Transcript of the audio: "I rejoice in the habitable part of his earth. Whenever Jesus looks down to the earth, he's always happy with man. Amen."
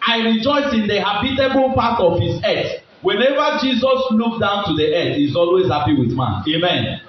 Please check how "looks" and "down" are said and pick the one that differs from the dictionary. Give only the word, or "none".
looks